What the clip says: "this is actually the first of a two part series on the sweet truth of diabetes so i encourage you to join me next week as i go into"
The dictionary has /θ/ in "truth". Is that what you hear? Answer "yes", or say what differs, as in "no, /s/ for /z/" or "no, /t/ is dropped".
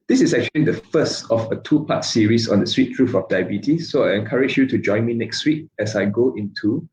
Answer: no, /f/ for /θ/